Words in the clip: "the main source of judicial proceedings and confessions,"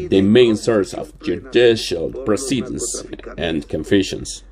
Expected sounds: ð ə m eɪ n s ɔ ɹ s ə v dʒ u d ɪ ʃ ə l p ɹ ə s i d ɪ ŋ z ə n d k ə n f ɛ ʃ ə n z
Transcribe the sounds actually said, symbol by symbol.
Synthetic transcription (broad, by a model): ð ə m eɪ n s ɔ ɹ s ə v dʒ u d ɪ ʃ ə l p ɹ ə s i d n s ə n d k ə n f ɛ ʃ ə n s